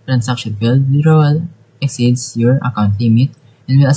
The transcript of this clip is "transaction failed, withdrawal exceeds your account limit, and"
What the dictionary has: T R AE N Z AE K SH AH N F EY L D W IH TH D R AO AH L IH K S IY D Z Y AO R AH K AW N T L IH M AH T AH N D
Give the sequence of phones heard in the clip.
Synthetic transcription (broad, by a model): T R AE N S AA K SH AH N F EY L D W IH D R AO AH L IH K S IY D S Y AO R AH K AW N T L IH M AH T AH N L